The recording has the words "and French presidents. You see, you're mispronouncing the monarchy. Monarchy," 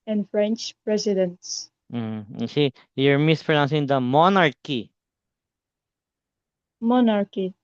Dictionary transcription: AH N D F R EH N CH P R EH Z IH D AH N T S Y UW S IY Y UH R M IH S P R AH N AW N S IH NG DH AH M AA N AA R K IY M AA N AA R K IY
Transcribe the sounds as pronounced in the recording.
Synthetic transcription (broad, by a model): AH N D F R EH N CH P R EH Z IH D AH N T S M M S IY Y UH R M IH S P R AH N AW N S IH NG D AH M AA N AA R K IY M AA N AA R K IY